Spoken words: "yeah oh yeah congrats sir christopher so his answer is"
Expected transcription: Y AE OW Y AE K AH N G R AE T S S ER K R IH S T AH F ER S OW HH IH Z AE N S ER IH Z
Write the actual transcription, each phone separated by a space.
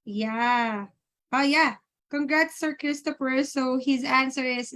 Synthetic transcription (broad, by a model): Y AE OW Y AE K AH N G R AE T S S ER K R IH S T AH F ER S OW HH IH Z AE N S ER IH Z